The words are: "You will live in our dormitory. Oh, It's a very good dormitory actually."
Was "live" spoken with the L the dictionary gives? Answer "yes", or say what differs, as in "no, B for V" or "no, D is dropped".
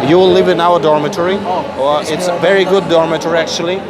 yes